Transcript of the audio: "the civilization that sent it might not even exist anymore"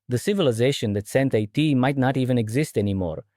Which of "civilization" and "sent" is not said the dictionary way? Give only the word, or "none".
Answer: none